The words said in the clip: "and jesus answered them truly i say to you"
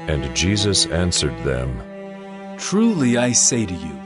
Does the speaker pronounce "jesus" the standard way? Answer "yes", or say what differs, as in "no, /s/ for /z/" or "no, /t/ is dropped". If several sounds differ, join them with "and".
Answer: yes